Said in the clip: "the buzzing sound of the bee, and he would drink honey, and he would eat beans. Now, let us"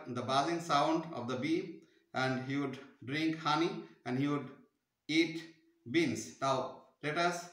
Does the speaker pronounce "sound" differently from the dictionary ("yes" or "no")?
no